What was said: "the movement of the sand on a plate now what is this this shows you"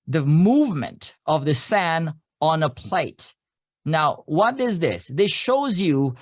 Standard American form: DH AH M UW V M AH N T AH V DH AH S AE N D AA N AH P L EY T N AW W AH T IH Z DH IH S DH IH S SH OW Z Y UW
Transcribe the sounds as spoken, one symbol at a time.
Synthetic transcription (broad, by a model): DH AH M UW V M AH N T AH V DH AH S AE N AA N AH P L EY T N AW W AH T IH Z DH IH S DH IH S SH OW Z Y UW